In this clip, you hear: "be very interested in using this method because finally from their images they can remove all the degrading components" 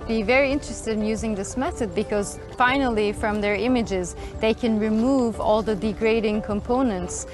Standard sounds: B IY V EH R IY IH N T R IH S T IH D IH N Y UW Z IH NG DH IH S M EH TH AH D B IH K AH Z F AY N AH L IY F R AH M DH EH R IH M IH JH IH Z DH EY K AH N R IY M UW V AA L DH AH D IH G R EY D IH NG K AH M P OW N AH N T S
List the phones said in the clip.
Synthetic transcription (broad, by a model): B IY V EH R IY IH N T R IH S T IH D IH N Y UW Z IH NG DH IH S M EH TH AH D B IH K AH Z F AY N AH L IY F R AH M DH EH R IH M IH JH IH Z DH EY K AH N R IY M UW V AA L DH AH D IH G R EY D IH NG K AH M P OW N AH N T S